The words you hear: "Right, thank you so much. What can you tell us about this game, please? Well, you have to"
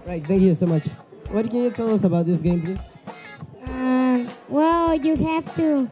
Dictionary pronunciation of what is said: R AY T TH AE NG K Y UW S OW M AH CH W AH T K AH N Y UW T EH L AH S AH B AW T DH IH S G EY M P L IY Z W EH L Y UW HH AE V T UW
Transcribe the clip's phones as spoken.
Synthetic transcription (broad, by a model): R AY T TH AE NG K Y UW S OW M AH CH W AH T K AH N Y UW T EH L AH S AH B AW T DH IH S G EY M P L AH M W EH L Y UW HH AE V T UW